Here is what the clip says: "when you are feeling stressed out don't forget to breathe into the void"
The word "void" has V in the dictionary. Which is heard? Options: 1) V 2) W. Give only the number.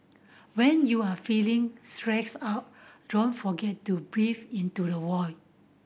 2